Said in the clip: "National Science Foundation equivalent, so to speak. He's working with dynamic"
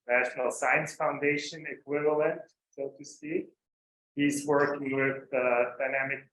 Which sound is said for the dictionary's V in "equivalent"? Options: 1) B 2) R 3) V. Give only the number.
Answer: 3